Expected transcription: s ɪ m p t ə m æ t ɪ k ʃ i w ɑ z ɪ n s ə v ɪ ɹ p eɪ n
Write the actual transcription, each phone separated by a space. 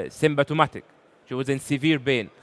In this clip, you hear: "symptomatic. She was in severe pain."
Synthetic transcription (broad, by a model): s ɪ m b t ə m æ t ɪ k ʃ i w ɑ z ɪ n s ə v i ɹ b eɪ n